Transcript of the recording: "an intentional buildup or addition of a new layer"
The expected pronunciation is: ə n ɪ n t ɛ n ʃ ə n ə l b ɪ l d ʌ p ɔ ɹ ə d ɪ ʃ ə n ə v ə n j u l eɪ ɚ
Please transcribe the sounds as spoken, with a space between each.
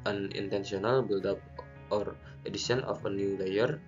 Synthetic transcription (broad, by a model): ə n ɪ n t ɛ n s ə n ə l b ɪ l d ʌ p ɔ ɹ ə d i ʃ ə n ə f ə n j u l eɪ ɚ